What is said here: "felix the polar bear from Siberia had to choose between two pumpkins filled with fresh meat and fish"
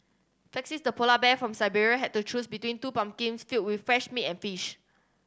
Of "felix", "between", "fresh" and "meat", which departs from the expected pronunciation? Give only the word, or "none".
felix